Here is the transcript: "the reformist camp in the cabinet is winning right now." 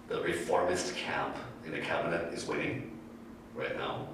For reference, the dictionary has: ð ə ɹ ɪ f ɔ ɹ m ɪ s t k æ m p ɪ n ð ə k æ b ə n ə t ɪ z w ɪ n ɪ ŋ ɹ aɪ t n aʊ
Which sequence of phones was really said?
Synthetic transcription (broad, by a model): ð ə ɹ ɪ f ɔ ɹ m ɪ s t k æ m p ɪ n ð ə k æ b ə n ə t ɪ z w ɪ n ɪ ŋ ɹ aɪ t n aʊ